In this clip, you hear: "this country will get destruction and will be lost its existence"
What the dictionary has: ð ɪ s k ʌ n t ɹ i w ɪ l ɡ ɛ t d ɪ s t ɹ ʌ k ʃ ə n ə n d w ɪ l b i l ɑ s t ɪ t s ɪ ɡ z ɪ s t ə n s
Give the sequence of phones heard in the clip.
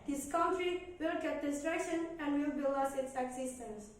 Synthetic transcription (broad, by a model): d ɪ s k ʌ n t ɹ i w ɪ l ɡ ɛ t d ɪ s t ɹ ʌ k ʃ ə n ə n d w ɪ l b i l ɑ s ɪ t s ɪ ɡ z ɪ s t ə n s